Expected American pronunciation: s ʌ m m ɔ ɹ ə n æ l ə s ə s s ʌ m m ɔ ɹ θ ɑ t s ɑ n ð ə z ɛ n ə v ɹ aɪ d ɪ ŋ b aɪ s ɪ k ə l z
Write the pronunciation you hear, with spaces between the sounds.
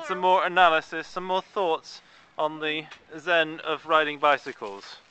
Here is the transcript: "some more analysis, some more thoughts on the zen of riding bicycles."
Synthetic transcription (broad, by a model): s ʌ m m ɔ ɹ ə n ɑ l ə s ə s s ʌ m m ɔ θ ɑ t s n ð ə z ɛ n ə v ɹ aɪ d ɪ ŋ b aɪ s ɪ k ə l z